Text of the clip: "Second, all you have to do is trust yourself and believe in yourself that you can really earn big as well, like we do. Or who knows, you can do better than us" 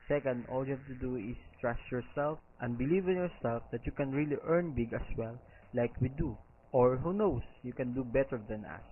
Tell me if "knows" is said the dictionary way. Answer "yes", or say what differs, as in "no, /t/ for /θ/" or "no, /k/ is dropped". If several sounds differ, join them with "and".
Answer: no, /s/ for /z/